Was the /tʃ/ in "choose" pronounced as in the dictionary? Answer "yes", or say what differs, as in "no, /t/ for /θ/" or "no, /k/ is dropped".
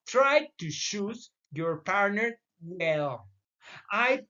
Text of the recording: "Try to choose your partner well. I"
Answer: no, /ʃ/ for /tʃ/